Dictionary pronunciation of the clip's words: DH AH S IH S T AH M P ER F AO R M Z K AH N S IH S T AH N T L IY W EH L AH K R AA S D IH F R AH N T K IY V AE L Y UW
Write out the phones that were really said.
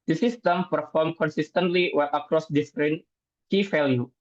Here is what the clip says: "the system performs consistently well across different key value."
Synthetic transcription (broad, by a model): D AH S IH S T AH M P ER F AO R M K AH N S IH S T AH N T L IY W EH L AH K R AA S D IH P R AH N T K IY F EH L Y UW